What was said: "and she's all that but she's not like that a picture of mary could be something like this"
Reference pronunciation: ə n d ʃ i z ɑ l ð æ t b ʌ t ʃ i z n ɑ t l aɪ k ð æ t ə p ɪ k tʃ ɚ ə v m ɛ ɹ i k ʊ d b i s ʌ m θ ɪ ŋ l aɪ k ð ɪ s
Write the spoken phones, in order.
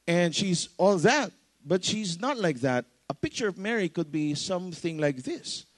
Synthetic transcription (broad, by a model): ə n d ʃ i z ɑ l ð æ t b ʌ t ʃ i z n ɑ t l aɪ k ð æ t ə p ɪ k tʃ ɚ ə v m ɛ ɹ i k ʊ d b i s ʌ m θ ɪ ŋ l aɪ k ð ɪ s